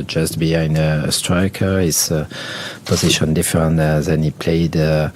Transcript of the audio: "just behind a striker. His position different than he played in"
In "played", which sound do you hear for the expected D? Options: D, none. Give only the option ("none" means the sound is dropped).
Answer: none